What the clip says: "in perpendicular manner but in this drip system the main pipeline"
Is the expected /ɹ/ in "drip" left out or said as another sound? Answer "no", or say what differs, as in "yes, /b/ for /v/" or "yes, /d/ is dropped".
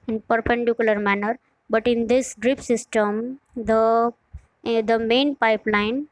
no